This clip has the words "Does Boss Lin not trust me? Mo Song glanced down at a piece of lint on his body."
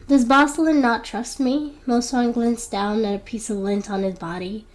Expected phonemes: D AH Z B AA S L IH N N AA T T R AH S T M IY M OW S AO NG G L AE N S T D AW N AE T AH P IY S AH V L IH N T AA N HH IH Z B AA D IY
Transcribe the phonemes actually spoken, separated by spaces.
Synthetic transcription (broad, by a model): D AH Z B AA S L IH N N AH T T R AH S T M IY M OW S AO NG G L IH N S D AW N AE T AH P IY S AH V L IH N T N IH Z B AA D IY